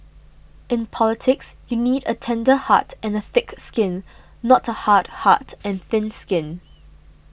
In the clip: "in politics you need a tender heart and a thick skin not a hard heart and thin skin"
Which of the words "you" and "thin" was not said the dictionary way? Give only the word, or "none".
none